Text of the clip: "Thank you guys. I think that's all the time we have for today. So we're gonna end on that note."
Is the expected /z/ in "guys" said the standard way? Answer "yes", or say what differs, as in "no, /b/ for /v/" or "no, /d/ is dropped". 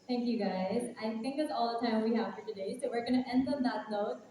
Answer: yes